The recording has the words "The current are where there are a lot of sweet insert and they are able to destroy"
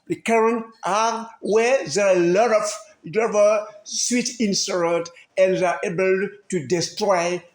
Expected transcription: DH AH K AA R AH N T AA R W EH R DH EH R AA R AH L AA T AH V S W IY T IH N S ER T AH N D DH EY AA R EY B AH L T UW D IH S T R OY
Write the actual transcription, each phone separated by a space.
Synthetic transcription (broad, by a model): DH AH K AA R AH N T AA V W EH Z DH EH L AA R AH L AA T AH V S W IY T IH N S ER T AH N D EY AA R EY B AH L T UW D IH S T R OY